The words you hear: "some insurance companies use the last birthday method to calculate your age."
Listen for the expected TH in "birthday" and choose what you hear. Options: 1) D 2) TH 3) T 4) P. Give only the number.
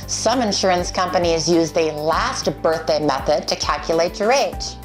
2